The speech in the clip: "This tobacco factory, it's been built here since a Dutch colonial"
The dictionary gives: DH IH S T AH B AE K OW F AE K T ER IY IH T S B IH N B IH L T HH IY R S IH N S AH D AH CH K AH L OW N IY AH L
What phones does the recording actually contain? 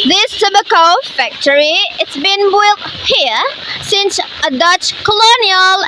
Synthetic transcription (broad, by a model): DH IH S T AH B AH K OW F AE K T ER IY IH T S B IH N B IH L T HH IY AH S IH N S AH D AH CH K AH L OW N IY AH L